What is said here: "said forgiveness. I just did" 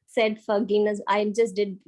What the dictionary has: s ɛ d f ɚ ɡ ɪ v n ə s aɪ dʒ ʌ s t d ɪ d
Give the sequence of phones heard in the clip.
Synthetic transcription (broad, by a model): s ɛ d f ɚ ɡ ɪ n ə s aɪ dʒ ʌ s t d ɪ d